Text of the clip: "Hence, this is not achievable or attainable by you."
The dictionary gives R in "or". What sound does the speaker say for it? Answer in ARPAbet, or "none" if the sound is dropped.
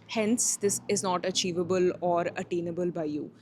R